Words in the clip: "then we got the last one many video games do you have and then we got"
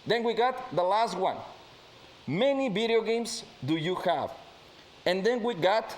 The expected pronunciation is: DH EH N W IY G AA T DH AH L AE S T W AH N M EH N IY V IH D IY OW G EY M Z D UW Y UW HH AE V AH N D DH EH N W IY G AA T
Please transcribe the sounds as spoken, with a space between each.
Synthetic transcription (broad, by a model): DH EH N W IY G AA T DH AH L AE S T W AH N M EH N IY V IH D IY OW G EY M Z D UW Y UW HH AE V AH N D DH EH N W IY G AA T